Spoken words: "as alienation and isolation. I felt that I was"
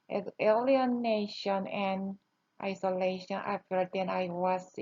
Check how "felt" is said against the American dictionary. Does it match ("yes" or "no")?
no